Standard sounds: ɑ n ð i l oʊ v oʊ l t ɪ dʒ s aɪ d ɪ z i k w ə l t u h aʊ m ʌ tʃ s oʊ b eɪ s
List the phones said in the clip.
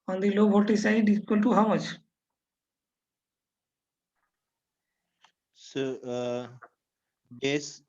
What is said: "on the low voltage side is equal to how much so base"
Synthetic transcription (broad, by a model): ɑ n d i l oʊ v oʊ t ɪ s aɪ d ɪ i k w ə l t u h aʊ m ʌ tʃ s oʊ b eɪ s